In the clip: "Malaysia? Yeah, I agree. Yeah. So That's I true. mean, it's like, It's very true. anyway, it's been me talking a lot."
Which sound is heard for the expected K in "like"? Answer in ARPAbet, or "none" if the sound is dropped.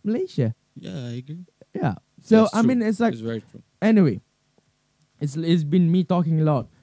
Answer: none